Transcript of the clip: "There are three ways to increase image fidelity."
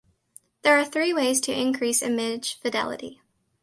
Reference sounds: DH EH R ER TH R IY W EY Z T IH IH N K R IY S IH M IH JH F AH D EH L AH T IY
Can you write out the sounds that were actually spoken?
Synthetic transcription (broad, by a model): DH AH R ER TH R IY W EY Z T IH IH N K R IY S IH M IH ZH F AH D EH L AH T IY